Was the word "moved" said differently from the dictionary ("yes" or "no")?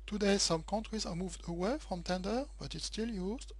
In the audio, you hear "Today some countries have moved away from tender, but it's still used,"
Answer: no